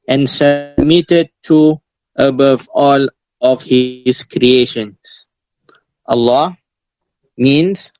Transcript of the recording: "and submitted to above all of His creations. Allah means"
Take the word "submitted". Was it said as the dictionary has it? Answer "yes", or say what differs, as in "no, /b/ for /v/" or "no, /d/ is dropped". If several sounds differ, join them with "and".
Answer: yes